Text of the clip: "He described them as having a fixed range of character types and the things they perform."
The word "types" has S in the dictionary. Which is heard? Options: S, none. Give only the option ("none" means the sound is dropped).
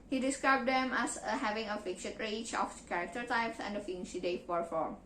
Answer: S